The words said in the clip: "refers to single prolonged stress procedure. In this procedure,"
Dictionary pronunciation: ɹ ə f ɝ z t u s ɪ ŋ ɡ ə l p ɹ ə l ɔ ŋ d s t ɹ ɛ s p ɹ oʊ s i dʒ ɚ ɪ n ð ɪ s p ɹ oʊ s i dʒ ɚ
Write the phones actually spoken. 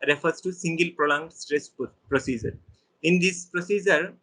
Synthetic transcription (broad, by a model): ɹ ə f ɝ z t u s ɪ ŋ ɡ ə l p ɹ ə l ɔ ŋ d s t ɹ ɛ s p ɹ oʊ s i dʒ ɚ ɪ n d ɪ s p ɹ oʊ s i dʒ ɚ